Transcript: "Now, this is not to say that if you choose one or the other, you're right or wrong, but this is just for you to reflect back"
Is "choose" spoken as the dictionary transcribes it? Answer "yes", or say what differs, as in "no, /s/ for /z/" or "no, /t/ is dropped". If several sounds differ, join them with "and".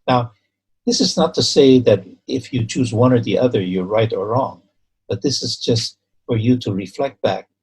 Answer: yes